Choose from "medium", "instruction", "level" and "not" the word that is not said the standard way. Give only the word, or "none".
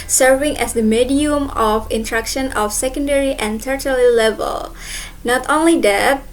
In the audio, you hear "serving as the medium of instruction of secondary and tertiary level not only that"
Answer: instruction